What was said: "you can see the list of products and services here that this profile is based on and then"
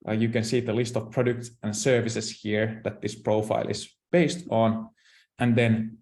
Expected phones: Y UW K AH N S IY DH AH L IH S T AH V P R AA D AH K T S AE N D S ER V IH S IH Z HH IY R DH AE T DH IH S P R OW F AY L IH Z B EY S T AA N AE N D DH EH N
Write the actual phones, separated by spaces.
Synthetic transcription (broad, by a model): Y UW K AH N S IY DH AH L IH S T AH V P R AA D AH K T S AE N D S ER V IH S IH S HH IY R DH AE T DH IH S P R OW F AY L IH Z B EY S T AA N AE N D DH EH N